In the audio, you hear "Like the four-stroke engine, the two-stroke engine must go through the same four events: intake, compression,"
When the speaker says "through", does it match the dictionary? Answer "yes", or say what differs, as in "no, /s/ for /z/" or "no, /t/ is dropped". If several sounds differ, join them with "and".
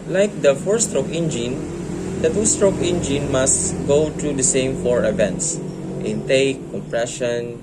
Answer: no, /t/ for /θ/